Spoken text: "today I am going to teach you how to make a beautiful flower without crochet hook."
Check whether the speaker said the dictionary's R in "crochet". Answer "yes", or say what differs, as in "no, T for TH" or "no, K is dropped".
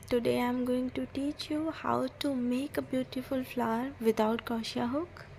no, R is dropped